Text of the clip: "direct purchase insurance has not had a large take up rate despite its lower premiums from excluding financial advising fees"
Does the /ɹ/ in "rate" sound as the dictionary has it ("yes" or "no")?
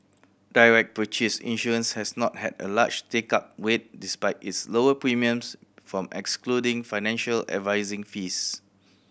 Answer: no